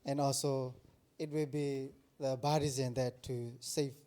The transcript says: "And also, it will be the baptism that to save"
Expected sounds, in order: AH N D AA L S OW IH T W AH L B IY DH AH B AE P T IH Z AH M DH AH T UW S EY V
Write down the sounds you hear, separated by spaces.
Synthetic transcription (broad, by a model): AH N AA L S OW IH T W AH L B IY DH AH B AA T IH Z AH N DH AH T UW S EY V